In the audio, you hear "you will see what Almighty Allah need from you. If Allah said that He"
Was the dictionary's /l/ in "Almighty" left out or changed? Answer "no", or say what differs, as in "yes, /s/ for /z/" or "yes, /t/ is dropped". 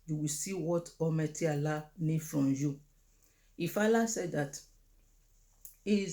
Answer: yes, /l/ is dropped